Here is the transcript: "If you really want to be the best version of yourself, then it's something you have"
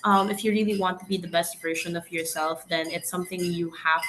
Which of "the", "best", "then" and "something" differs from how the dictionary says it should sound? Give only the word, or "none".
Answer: none